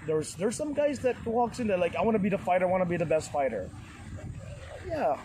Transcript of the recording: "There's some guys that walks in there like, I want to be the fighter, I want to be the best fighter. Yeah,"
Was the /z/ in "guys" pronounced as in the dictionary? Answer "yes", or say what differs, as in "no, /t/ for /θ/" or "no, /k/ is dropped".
yes